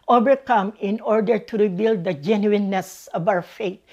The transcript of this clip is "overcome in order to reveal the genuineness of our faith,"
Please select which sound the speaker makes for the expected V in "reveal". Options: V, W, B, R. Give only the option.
B